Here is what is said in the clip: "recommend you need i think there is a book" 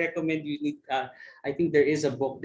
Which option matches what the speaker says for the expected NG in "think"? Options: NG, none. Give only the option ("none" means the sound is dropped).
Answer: NG